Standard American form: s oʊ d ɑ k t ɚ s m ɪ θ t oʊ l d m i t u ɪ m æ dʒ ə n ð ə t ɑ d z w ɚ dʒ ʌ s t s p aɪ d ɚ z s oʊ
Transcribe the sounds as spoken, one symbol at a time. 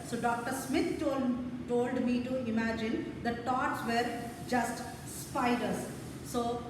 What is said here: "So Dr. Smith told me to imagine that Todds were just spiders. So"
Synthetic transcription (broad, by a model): s oʊ d ɑ k t ɚ s m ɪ t t oʊ l d m i t u ɪ m æ dʒ ə n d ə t ɑ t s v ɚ dʒ ʌ s t s p aɪ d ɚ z s oʊ